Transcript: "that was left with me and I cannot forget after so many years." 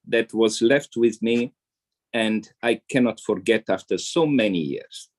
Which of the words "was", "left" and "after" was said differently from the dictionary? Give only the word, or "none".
none